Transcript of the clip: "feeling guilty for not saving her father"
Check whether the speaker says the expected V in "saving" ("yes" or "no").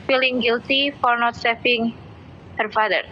no